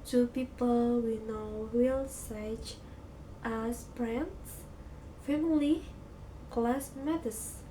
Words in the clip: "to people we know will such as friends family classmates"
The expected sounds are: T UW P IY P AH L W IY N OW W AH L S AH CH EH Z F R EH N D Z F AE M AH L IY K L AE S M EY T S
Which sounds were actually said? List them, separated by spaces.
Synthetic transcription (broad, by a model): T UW P IY P AH L W IY N OW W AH L S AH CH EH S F R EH N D S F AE M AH L IY K L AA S M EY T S